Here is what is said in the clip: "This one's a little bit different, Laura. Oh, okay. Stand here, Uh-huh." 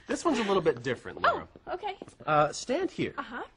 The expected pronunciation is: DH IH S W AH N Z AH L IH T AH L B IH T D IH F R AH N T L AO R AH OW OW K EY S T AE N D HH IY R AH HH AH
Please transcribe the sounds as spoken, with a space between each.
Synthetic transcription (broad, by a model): DH IH S W AH N Z AH L IH T L B IH T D IH F R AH N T AO AH K EY S T AE N D HH IY R AH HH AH